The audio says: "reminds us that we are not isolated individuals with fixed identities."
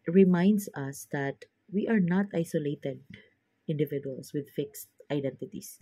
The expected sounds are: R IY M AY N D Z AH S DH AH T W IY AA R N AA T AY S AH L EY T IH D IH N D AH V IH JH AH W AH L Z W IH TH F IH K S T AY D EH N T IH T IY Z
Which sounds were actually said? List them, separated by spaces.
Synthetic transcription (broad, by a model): R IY M AY N D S AH S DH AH T W IY AA R N AA T AY S AH L EY T IH D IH N D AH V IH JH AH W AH L S W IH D F IH K S T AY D EH N T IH T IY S